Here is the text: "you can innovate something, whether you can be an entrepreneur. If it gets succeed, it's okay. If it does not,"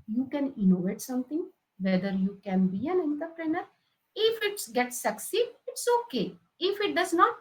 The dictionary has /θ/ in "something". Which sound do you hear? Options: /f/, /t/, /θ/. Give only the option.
/t/